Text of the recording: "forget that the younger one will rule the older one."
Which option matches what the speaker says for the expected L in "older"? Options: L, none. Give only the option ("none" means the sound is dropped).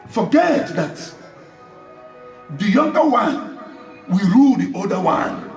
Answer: none